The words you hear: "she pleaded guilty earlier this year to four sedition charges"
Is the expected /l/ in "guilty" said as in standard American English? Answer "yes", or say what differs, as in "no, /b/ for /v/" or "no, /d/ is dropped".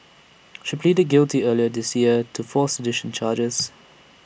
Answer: yes